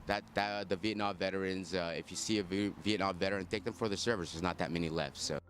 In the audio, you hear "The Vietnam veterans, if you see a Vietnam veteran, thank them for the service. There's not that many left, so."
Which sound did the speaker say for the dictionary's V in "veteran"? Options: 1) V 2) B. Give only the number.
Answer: 1